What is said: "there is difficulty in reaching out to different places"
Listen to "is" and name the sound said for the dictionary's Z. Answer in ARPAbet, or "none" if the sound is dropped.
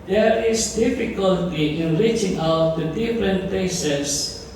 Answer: S